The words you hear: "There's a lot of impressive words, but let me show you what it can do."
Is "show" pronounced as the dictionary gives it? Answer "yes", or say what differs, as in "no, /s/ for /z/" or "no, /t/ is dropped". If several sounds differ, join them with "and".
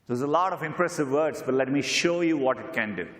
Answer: yes